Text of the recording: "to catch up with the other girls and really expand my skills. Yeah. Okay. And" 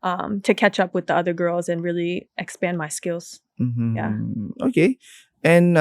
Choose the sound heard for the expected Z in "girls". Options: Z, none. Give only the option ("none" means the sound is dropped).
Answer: Z